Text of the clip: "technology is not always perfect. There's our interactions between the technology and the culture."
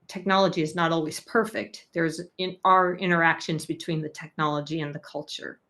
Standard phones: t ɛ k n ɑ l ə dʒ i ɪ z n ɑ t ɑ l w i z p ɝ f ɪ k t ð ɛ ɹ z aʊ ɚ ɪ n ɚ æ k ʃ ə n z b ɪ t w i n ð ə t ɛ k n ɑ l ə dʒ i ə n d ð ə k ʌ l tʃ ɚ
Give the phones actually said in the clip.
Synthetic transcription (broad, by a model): t ɛ k n ɑ l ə dʒ i ɪ z n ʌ t ɑ l w i z p ɝ f ɪ k t ð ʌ ɹ z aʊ ɚ ɪ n ɚ æ k ʃ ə n z b ɪ t w i n ð ə t ɛ k n ɑ l ə dʒ i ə n ð ə k ʌ l tʃ ɚ